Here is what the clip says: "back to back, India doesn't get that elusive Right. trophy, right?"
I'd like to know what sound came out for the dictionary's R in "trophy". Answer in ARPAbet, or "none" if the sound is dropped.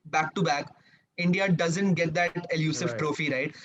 R